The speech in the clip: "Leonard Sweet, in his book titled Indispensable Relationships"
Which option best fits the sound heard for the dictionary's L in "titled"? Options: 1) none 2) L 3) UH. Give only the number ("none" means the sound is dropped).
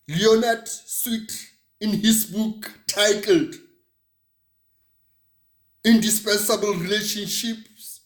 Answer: 2